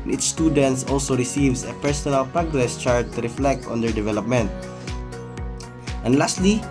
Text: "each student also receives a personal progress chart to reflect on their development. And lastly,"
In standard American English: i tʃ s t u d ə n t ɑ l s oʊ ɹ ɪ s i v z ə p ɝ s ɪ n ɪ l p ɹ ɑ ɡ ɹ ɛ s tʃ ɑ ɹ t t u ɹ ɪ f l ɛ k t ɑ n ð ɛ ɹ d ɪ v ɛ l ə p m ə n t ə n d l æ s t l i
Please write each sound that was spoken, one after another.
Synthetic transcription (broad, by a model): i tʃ s t u d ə n t ɑ l s oʊ ɹ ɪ s i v s ə p ɝ s ɪ n ɪ l p ɹ ɑ ɡ ɹ ɛ s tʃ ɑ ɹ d t u ɹ ɪ f l ɛ k t ɑ n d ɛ ɹ d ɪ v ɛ l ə p m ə n t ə n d l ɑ s t l i